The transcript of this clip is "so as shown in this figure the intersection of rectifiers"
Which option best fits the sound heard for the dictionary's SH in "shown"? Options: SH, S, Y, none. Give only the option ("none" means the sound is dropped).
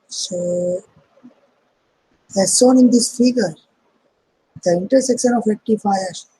S